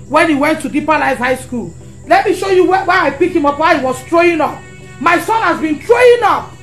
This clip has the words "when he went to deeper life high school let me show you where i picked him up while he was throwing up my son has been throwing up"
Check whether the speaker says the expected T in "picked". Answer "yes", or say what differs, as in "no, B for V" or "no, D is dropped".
no, T is dropped